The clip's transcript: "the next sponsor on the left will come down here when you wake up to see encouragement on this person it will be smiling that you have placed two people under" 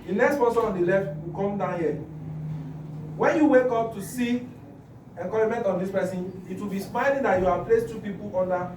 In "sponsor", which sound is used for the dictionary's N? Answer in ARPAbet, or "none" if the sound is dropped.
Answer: none